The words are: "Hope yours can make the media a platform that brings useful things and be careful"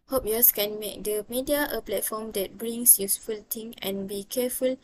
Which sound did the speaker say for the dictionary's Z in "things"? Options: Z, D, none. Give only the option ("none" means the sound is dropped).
none